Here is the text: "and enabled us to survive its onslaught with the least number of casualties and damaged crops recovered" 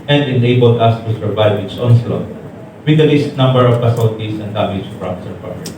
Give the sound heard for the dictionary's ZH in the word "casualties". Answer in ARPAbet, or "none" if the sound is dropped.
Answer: S